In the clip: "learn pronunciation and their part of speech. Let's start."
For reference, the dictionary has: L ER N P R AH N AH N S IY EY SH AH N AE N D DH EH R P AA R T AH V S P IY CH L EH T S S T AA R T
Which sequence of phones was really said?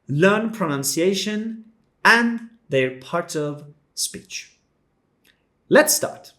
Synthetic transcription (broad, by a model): L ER N P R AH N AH N S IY EY SH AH N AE N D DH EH R P AA R T AH V S P IY CH L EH T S S T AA R T